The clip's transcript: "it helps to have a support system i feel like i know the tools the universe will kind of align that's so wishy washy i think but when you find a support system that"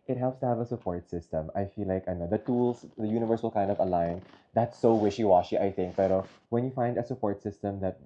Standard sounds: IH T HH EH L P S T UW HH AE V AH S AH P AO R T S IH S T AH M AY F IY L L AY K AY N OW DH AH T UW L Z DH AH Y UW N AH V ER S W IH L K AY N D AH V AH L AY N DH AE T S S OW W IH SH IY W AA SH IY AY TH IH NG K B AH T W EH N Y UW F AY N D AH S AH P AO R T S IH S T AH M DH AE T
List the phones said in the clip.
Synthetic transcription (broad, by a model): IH T HH EH L P S T UW HH AE V AH S AH P AO R T S IH S T AH M AY F IY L L AY K AY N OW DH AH T UW L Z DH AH Y UW N AH V ER S W IH L K AY N D AH V AH L AY N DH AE T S S OW W IH SH IY W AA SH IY AY TH IH NG K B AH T W EH N Y UW F AY N D AH S AH P AO R T S IH S T AH M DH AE T